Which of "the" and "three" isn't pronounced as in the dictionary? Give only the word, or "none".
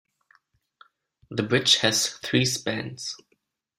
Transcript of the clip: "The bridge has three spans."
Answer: none